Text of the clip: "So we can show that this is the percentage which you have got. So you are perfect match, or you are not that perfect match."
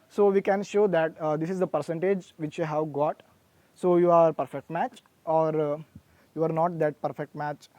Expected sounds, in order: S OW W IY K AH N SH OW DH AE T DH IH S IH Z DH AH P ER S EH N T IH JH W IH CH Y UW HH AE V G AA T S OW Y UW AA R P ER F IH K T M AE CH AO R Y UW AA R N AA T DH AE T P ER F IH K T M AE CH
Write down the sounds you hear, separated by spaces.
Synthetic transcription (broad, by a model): S OW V IY K AH N SH OW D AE T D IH S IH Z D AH P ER S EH N T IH JH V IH CH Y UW HH AE V G AA T S OW Y UW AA R P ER F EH K T M AE CH AO R Y UW AA R N AA T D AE T P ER F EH K T M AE CH